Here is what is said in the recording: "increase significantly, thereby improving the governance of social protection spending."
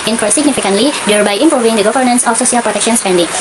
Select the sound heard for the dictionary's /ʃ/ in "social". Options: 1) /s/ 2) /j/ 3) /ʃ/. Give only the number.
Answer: 1